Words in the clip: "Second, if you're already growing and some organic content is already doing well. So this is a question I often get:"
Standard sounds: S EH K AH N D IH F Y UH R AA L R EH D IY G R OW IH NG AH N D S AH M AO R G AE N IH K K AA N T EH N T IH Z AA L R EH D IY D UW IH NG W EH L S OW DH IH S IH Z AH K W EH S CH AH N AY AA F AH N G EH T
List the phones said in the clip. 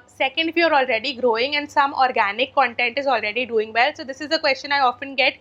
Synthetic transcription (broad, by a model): S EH K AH N D IH F Y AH R AA L R EH D IY G R OW IH NG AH N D S AH M AO R G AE N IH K K AA N T EH N T IH Z AA L R EH D IY D UW IH NG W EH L S OW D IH S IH Z AH K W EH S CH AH N AY AA F AH N G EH T